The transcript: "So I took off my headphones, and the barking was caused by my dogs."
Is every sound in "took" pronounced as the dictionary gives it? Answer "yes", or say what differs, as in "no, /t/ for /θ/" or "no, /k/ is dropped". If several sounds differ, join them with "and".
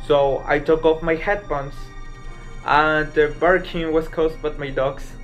yes